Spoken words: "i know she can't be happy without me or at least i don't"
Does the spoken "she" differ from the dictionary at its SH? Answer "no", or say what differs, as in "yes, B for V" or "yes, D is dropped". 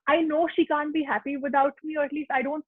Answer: no